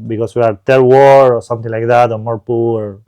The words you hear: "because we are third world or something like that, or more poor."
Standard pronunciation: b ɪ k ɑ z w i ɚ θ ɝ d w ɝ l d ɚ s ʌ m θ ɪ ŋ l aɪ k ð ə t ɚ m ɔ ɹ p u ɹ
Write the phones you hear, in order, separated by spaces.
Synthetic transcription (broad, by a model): b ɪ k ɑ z w i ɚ t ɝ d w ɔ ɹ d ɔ s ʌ m t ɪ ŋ l aɪ k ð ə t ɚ m ɔ ɹ p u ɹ